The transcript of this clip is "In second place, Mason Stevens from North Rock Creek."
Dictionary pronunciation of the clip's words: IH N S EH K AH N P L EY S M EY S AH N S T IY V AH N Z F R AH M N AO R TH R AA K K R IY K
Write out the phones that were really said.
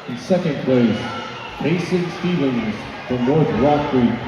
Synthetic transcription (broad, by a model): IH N S EH K AH N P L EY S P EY S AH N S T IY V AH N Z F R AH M L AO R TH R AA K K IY